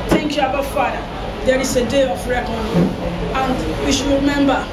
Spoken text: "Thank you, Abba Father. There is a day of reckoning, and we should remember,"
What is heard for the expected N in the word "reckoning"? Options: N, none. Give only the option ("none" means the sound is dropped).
none